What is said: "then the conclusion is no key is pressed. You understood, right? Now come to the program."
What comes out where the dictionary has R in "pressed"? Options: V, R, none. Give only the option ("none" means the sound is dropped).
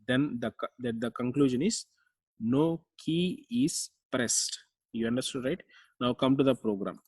R